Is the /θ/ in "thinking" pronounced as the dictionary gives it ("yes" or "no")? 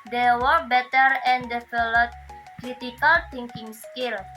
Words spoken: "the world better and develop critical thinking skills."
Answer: no